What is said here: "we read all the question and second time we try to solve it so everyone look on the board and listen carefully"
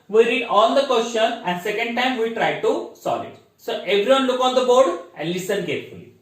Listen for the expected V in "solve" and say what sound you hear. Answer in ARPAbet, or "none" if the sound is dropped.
none